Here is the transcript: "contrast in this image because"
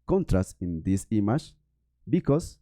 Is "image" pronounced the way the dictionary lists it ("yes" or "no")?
no